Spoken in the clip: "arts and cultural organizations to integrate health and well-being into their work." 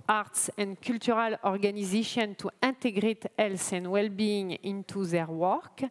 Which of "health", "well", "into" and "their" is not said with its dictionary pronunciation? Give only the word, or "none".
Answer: health